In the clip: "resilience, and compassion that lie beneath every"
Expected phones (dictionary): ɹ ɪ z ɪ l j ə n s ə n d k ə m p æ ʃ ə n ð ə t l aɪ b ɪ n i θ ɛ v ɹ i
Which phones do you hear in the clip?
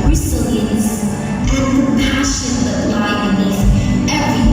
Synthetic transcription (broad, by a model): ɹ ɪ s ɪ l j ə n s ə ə p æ ʃ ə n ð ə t l aɪ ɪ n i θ ɛ v ɹ i